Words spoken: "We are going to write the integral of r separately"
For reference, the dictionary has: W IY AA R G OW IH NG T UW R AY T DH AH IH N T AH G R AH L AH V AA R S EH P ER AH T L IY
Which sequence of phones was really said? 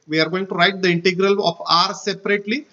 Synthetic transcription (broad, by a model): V IY AA R G OW IH NG T UW R AY T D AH IH N T AH G R AH L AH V AA R S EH P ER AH T L IY